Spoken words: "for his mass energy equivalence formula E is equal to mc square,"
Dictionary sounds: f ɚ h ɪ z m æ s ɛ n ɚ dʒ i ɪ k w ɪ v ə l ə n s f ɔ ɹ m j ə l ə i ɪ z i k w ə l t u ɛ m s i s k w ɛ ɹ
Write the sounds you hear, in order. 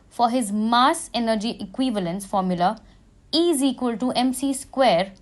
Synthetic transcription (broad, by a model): f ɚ h ɪ z m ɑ s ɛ n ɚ dʒ i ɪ k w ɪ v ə l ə n s f ɔ ɹ m j ə l ə i z i k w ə l t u ɛ m s i s k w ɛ ɹ